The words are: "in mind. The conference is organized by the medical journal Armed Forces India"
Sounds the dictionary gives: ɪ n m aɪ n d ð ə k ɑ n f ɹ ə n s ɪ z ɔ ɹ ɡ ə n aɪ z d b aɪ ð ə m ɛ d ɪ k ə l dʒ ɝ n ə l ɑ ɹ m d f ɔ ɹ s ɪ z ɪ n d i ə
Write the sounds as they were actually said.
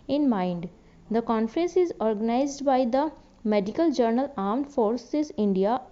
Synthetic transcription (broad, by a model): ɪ n m aɪ n d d ə k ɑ n f ɹ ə n s ɪ z ɔ ɹ ɡ ə n aɪ z d b aɪ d ə m ɛ d ɪ k ə l dʒ ɝ n ə l ɑ ɹ m d f ɔ ɹ s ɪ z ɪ n d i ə